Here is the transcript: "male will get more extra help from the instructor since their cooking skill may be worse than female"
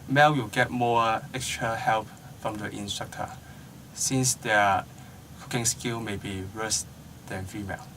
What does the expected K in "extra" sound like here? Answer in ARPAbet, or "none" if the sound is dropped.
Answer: K